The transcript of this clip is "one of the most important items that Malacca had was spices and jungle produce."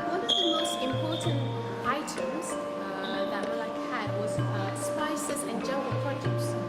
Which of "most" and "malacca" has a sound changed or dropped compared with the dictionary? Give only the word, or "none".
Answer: malacca